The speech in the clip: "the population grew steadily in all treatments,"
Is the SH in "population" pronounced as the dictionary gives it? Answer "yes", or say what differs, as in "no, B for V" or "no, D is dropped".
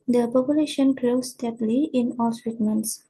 yes